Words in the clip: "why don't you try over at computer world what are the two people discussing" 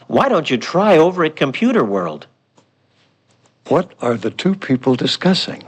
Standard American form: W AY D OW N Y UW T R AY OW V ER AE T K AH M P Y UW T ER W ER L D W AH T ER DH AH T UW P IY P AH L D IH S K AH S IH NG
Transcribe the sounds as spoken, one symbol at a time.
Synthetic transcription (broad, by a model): W AY D OW N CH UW T R AY OW V ER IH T K AH M P Y UW T ER W ER L D W AH T ER DH AH T UW P IY P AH L D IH S K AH S IH NG